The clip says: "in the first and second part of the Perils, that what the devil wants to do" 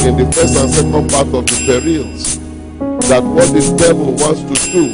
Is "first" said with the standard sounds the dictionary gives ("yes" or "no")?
no